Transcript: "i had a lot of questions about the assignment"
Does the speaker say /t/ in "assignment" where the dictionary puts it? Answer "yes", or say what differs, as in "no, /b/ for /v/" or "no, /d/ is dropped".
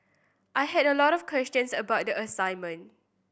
no, /t/ is dropped